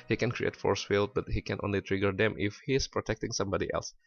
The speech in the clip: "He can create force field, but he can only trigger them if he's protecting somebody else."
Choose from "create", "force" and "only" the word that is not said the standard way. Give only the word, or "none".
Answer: none